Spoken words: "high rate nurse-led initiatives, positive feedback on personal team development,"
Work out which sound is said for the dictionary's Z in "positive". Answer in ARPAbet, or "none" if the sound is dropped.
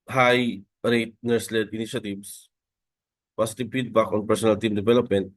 S